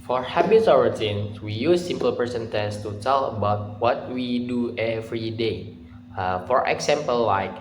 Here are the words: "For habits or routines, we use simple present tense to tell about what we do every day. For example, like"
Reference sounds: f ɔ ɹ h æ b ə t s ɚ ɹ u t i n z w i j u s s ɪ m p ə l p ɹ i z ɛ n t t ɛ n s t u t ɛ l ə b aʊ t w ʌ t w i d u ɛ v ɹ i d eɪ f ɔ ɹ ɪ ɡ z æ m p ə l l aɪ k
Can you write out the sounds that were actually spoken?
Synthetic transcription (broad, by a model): f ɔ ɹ h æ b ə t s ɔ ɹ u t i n s w i j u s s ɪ m p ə l p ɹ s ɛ n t t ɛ s t u t ɛ l ə b aʊ t w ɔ t w i d u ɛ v ɹ i d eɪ f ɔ ɹ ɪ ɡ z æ m p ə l l aɪ k